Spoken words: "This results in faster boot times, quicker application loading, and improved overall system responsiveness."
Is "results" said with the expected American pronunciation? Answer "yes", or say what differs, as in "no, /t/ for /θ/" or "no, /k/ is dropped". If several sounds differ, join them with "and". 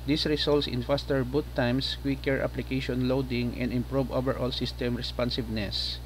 no, /s/ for /z/